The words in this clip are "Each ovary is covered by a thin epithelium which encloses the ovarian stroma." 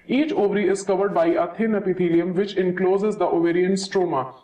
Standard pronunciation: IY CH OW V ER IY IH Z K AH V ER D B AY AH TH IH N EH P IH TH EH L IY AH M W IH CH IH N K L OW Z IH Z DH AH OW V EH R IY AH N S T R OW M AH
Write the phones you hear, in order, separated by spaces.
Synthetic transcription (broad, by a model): IY CH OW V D IY IH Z K AH V ER D B AY AH T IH N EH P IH T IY L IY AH M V IH CH IH N K L OW Z IH Z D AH OW V EH R IY AH N S T R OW M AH